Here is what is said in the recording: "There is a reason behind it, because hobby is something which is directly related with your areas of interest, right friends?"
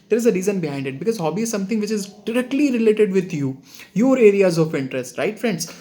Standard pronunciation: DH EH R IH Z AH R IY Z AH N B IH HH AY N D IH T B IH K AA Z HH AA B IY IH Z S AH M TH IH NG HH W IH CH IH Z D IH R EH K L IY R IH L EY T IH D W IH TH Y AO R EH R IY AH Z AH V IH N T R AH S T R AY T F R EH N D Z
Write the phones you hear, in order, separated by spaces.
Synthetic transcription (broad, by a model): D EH R IH Z AH R IY Z AH N B IH HH AY N D IH T B IH K AA Z HH AA B IY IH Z S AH M T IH NG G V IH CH IH Z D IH R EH K L IY R IH L EY T IH D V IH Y Y AO R EH R IY AH Z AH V IH N T R AH S T R AY T F R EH N D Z